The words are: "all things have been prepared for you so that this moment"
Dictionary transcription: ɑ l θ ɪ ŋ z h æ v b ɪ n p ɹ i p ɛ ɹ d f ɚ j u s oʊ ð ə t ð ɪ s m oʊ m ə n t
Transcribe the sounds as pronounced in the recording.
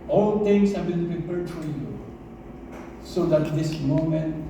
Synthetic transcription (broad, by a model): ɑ l t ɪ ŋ s h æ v b ɪ n p ɹ i p ɛ ɹ d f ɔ j u s oʊ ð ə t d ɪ s m oʊ m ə n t